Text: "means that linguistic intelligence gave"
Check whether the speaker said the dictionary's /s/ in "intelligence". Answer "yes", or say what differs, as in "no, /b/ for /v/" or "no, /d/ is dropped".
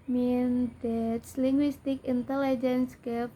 yes